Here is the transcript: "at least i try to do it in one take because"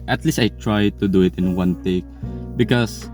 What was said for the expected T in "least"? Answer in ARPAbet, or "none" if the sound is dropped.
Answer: T